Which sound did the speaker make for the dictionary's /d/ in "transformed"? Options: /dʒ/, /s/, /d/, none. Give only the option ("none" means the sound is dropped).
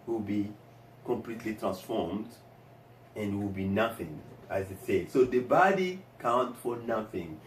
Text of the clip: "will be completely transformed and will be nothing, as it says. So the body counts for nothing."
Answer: /d/